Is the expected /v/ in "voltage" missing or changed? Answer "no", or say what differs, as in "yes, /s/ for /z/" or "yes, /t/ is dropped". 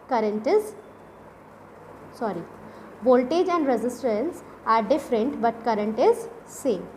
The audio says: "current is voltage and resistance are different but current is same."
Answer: yes, /b/ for /v/